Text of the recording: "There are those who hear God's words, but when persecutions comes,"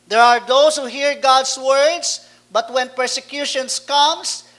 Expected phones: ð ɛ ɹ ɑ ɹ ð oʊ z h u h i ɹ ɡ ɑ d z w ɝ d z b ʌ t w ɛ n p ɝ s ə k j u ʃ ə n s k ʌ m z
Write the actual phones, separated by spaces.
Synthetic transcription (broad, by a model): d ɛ ɹ ɑ ɹ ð oʊ s h u h i ɹ ɡ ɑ d s w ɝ d s b ʌ t w ɛ n p ɝ s ə k j u ʃ ə n s k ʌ m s